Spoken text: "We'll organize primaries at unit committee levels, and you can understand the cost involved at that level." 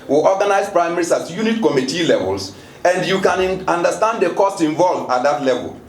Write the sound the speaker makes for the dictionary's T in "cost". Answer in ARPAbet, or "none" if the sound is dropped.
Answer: T